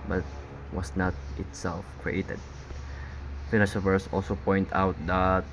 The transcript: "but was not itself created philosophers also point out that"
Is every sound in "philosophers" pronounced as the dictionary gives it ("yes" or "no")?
no